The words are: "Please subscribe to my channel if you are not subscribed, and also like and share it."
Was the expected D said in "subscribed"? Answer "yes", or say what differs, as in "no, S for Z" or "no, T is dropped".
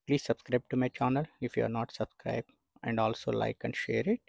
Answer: no, D is dropped